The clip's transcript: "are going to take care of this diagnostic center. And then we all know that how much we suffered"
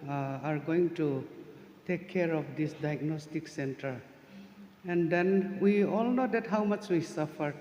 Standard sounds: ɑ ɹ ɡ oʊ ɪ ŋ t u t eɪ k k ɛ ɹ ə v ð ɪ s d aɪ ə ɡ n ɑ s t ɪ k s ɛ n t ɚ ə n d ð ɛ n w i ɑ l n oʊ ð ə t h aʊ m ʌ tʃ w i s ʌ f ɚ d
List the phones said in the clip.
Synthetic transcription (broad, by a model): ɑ ɹ ɡ oʊ ɪ ŋ t u t eɪ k k ɛ ɹ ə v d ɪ s d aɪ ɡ n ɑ s t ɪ k s ɛ n t ɚ ə n d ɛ n w i ɑ l n oʊ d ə t h aʊ m ʌ tʃ w i s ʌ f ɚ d